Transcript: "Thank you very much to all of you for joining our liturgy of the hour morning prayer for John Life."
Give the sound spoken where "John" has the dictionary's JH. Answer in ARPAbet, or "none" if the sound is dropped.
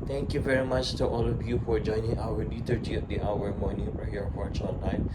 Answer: CH